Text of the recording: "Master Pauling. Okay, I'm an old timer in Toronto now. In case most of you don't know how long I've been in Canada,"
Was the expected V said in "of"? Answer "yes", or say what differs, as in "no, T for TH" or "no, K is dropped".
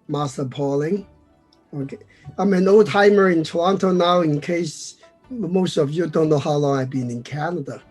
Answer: yes